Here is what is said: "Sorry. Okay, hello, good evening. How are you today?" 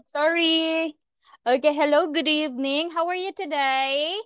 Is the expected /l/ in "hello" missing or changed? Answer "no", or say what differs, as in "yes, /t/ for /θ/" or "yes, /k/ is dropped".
no